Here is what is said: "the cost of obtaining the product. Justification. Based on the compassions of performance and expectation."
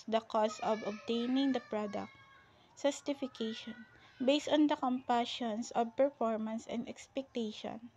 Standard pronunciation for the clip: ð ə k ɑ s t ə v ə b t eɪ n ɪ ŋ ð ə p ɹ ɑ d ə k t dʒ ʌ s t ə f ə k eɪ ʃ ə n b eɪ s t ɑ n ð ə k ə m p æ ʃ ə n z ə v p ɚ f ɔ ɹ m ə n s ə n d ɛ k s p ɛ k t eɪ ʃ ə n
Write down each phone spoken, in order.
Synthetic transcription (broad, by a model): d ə k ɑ s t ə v ə b t eɪ n ɪ ŋ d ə p ɹ ɑ d ə k t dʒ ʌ s t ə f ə k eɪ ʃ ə n b eɪ s t ɑ n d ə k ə m p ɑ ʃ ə n s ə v p ɚ f ɔ ɹ m ə n s ə n d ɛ k s p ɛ k t eɪ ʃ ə n